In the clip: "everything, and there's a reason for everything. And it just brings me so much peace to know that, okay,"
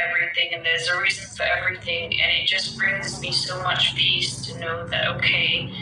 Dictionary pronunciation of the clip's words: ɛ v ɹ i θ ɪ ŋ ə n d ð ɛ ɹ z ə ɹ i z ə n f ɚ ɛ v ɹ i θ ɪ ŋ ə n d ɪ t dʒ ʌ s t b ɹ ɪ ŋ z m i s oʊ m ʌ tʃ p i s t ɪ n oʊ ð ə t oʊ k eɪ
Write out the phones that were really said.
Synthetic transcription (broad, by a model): ɛ v ɹ i θ ɪ ŋ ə n ð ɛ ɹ z ə ɹ i z ə n f ɚ ɛ v ɹ i θ ɪ ŋ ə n ɪ t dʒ ʌ s b ɹ ɪ ŋ z m i s oʊ m ʌ tʃ p i s t ɪ n oʊ ð ə t oʊ k eɪ